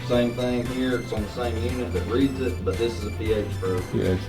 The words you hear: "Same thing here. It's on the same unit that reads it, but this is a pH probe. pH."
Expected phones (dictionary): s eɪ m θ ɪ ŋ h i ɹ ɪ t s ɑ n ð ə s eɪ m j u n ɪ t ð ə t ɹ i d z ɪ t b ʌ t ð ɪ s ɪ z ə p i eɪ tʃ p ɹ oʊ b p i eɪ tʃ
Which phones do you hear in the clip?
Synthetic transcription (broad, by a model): s eɪ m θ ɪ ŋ h i ɹ ɪ t s n ð ə s eɪ m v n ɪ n ð ə t ɹ i d z ɪ t b ʌ t ð ɪ s ɪ z ə p i eɪ tʃ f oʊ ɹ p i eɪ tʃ